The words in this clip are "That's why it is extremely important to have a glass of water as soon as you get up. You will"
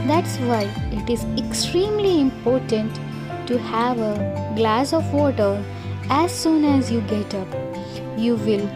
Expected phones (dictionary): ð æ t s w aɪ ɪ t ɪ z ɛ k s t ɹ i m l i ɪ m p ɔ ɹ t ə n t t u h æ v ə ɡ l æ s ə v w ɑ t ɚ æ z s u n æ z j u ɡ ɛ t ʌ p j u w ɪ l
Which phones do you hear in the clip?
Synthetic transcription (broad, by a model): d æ t s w aɪ ɪ t ɪ z ɛ k s t ɹ i m l i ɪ m p ɔ ɹ t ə n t t u h æ v ə ɡ l æ s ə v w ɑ t ɚ æ z s u n æ z j u ɡ ɛ t ʌ p j u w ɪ l